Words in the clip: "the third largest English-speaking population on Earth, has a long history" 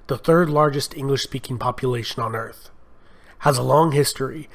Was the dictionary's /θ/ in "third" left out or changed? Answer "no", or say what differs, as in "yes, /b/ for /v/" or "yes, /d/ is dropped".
no